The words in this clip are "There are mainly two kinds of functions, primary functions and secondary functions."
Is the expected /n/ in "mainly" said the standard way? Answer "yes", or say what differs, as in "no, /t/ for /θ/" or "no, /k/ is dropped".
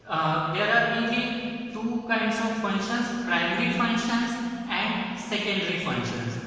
no, /n/ is dropped